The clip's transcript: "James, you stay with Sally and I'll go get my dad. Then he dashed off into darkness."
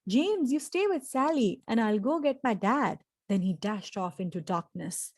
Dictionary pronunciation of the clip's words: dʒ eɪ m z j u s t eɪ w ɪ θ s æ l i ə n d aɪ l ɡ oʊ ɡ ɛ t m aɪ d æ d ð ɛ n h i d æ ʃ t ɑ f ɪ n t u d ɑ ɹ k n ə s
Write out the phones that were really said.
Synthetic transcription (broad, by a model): dʒ eɪ m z j u s t eɪ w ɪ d s æ l i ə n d aɪ l ɡ oʊ ɡ ɛ t m aɪ d æ d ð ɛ n h i d æ ʃ t ɑ f ɪ n t u d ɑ ɹ k n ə s